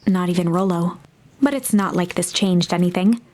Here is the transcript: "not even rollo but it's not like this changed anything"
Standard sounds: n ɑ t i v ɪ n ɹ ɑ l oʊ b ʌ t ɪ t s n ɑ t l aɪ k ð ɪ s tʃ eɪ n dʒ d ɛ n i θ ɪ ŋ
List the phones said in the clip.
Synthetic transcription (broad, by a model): n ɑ t i v ɪ n ɹ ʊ l oʊ b ʌ t ɪ t s n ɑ t l aɪ k ð ɪ s tʃ eɪ n dʒ d ɛ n i θ ɪ ŋ